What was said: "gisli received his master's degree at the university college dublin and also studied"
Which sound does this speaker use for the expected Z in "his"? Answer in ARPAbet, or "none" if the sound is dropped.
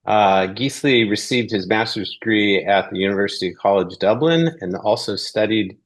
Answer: Z